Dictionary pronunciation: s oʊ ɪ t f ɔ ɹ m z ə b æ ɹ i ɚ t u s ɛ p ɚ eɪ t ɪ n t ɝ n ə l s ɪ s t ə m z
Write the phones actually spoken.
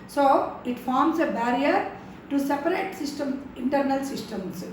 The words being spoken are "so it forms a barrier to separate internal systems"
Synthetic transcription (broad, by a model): s oʊ ɪ t f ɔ ɹ m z ə b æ ɹ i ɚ t u s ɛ p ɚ eɪ t ɪ n t ɝ n ə l s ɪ s t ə m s